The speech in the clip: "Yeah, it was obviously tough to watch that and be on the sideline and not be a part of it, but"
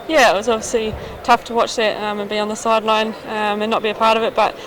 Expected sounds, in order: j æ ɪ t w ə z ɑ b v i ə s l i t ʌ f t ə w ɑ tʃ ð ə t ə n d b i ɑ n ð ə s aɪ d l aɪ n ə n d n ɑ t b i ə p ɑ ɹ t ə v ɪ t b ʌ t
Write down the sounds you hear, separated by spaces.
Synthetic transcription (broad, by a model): j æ ɪ t w ə z ɑ b v i ə s l i t ʌ f t ə w ɑ tʃ ð ə t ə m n b i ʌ n ð ə s aɪ d l aɪ n ə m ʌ n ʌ t b i ə p ɑ ɹ t ə v ɪ t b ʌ t